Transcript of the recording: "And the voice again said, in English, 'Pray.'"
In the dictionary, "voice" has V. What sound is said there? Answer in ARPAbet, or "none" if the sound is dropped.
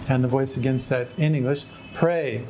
V